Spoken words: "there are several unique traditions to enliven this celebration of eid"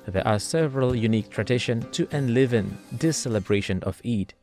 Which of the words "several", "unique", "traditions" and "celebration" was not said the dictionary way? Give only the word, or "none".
traditions